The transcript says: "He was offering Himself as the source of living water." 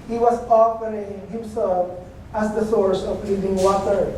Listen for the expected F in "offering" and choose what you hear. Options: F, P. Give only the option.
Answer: P